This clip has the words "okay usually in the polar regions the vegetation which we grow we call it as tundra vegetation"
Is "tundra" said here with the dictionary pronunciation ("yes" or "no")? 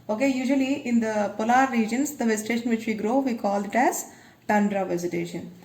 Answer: yes